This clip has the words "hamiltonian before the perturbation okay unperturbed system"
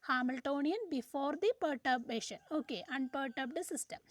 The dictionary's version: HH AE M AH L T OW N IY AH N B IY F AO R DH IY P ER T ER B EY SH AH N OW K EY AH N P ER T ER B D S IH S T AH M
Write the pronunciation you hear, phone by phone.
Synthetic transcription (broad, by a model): HH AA M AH L T OW N IY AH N B IY F AO R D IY P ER T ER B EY SH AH N OW K EY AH N P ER T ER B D S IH S T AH M